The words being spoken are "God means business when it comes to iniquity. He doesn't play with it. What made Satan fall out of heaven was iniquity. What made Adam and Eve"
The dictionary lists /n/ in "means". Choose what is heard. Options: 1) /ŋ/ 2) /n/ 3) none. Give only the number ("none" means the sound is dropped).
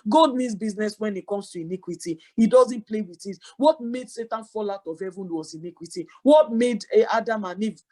3